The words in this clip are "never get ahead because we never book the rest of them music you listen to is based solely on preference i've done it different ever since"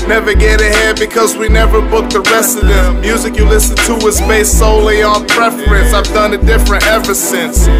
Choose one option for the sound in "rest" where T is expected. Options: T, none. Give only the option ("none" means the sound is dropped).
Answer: none